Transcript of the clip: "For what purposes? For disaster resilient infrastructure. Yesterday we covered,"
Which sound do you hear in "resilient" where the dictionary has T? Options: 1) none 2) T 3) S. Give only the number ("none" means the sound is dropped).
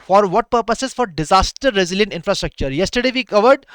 2